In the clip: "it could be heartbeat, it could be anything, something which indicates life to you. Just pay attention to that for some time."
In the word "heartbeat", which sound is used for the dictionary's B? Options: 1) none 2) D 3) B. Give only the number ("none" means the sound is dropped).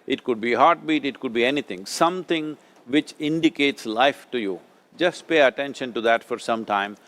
3